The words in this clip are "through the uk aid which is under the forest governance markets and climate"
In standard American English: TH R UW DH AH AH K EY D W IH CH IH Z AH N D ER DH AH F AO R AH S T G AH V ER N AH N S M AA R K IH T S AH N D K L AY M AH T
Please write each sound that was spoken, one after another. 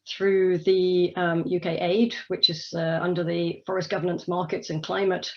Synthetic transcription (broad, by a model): TH R UW DH AH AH K EY D W IH CH IH Z AH N D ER DH AH F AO R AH S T G AH V ER N AH N S M AA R K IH T S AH N K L AY M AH T